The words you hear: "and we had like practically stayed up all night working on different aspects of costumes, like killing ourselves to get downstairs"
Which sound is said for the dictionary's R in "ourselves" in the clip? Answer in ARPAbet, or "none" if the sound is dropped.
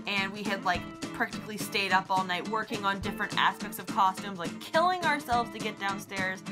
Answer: R